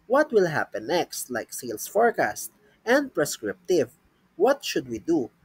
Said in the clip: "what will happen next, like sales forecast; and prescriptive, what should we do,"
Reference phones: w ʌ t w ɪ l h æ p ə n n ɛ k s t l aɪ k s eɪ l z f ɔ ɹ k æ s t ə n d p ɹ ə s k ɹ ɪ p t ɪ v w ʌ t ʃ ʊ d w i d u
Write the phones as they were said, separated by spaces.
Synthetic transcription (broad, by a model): w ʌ t w ɪ l h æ p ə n n ɛ k s t l aɪ k s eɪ l s f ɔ ɹ k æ s t ə n d p ɹ ə s k ɹ ɪ p t ɪ v w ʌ t ʃ ʊ d w i d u